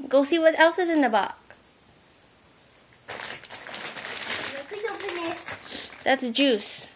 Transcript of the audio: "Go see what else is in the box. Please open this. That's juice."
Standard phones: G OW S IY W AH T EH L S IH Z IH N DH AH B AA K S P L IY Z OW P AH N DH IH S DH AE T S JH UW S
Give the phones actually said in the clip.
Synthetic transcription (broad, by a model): G OW S IY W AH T EH L S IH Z IH N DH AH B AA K P IY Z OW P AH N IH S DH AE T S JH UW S